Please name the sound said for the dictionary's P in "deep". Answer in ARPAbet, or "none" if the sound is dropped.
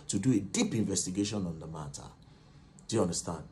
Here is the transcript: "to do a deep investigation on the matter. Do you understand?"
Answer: P